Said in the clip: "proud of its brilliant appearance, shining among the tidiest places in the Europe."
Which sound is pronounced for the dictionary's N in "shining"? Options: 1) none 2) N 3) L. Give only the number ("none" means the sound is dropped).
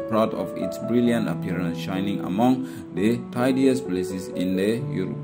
2